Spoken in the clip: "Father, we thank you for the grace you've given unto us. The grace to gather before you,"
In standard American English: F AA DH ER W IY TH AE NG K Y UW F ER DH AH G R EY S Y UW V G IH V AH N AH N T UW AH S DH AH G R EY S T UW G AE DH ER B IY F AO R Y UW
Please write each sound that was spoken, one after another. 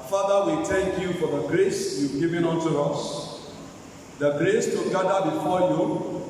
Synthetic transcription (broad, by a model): F AA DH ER W IY T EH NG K Y UW F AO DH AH G R EY S Y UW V G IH V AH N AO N T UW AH S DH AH G R EY S T UW G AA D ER B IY F AO Y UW